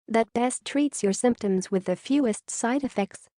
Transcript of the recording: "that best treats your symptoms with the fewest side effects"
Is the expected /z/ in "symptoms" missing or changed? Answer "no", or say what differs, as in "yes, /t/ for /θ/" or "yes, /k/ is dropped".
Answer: no